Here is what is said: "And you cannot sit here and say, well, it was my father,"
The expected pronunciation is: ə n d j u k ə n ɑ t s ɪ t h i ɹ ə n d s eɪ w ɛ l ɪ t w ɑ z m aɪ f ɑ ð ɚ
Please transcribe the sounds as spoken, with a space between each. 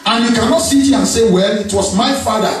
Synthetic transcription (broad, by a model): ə n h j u k ə n ɑ t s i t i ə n s eɪ w ɛ l ɪ t w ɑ s m aɪ f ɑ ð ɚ